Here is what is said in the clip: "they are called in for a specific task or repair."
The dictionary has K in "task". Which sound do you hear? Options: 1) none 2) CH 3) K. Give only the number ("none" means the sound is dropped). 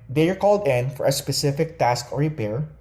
3